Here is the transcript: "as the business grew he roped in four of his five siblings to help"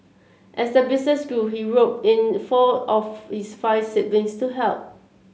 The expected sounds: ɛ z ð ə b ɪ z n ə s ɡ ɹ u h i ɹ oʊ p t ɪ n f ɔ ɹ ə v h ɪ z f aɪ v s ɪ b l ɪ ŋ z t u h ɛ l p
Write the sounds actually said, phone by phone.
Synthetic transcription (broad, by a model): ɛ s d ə b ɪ s n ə s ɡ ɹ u h i ɹ oʊ t ɪ n f ɔ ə f h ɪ s f aɪ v s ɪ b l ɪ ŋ s t u h ɛ l p